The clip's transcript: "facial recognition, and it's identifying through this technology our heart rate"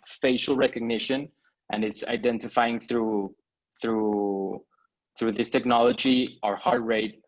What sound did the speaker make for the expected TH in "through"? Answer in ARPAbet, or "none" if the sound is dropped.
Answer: TH